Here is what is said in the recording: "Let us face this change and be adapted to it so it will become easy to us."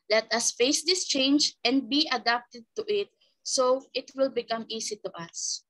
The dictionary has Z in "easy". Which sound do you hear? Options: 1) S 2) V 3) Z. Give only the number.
1